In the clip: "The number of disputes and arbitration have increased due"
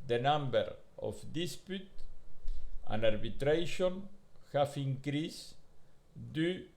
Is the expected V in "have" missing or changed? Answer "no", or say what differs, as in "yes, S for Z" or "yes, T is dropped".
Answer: yes, F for V